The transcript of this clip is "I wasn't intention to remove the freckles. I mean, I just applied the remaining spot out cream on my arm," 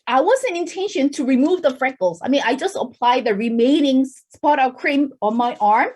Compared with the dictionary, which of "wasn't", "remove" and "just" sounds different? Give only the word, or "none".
wasn't